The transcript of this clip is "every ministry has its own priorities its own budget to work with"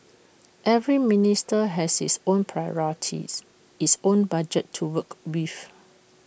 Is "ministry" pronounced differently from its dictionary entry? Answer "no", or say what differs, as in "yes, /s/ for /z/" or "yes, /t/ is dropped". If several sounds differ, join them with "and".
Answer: yes, /ɹ/ is dropped